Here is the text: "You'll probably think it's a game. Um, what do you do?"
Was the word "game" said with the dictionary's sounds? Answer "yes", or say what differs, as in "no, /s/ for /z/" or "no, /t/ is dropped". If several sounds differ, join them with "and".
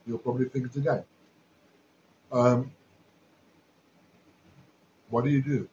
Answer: no, /m/ is dropped